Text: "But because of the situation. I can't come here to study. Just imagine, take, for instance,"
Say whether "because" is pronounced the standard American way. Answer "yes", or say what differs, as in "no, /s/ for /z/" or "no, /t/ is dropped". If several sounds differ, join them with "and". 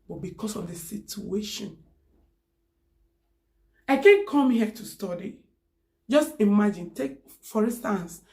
no, /s/ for /z/